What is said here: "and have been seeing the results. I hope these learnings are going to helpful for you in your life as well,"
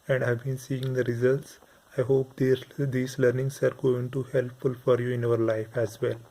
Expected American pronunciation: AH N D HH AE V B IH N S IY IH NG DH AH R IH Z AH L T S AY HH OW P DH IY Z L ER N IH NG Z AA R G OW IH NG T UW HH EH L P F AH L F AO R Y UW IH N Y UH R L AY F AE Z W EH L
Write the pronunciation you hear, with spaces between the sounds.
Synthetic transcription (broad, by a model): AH N D HH AE V B IH N S IY IH NG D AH R IH Z AH L T S AY HH OW P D IY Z L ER N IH NG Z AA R G OW IH NG T UW HH EH L P F AH L F AO R Y UW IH N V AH R L AY F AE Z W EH L